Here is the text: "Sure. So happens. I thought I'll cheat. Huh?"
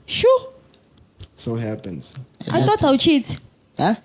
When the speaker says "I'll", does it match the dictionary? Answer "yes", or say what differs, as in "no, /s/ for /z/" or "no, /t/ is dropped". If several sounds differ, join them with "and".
no, /w/ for /l/